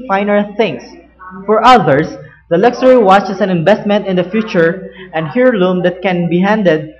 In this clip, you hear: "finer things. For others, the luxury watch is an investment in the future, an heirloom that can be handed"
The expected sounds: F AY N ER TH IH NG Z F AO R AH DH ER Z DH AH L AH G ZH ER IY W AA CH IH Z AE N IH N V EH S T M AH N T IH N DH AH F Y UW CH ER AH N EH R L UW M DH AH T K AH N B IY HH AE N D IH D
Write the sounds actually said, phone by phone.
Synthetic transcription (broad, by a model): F AY N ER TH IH NG S F AO R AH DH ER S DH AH L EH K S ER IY W AA CH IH S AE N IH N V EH S T M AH N T IH N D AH F Y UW CH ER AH N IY R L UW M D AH T K AH N B IY HH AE N D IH D